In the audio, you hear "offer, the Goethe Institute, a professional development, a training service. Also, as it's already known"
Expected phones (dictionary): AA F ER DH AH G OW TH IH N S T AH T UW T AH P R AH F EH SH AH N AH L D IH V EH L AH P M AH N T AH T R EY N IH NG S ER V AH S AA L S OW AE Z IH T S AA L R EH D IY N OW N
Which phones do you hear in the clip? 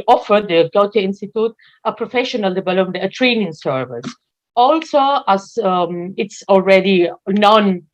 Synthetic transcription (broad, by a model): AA F ER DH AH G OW T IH N S T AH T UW T AH P R AH F EH SH AH N AH L D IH V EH L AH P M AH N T AH T R EY N IH NG S ER V AH S AA L S OW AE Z IH T S AA L R EH D IY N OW N